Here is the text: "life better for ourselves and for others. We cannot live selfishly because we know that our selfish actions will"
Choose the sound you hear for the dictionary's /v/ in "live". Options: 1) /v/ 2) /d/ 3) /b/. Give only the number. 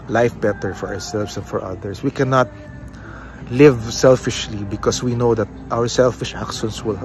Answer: 1